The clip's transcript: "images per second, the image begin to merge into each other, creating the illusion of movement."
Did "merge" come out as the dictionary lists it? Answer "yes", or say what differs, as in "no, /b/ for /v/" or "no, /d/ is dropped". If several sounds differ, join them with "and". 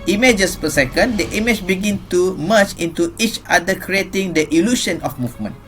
no, /tʃ/ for /dʒ/